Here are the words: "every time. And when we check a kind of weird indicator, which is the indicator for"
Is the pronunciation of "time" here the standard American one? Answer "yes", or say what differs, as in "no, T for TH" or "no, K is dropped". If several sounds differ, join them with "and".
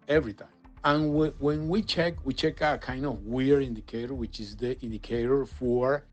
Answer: no, M is dropped